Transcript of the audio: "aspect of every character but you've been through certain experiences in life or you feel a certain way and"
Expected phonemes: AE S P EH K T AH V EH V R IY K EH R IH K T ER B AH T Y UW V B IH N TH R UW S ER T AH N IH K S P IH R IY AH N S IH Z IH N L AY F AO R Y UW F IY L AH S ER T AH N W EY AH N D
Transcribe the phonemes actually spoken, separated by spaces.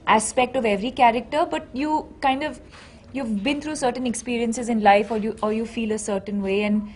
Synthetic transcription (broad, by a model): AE S P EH K T AH V EH V R IY K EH R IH K T ER B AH T Y UW V B IH N T R UW S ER T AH N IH K S P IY R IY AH N S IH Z IH N L AY F AO R Y UW F IY L AH S ER T AH N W EY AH N D